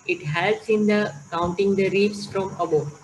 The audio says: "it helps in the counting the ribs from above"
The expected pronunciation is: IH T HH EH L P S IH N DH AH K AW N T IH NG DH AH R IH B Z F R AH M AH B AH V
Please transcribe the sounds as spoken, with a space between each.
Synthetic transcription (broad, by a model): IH T HH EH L S IH N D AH K AW N T IH NG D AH R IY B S F R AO M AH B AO